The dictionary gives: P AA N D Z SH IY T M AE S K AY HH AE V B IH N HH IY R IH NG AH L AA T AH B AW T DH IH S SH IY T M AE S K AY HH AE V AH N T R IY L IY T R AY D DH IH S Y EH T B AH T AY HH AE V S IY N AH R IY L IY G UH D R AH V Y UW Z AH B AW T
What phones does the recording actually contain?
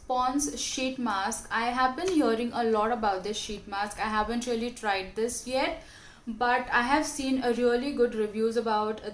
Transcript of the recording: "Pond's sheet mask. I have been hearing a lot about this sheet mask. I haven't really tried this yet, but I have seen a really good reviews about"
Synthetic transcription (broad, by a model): P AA N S SH IY T M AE S K AY HH AE V B IH N HH IY R IH NG AH L AA T AH B AW T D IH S SH IY T M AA S K AY HH AE V AH N T R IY L IY T R AY D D IH S Y EH T B AH T AY HH AE V S IY N AH R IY L IY G UH D R AH V Y UW Z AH B AW T